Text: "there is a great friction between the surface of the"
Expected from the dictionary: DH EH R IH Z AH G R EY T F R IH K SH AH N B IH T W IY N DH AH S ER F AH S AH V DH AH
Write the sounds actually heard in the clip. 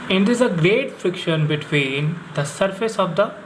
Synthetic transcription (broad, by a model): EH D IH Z AH G R EY T F R IH K SH AH N B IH T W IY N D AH S ER F AH S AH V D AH